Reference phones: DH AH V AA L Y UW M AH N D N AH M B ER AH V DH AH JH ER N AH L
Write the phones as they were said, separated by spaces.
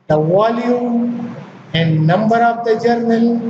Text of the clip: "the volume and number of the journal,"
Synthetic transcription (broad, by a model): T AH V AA L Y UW AH N D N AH M B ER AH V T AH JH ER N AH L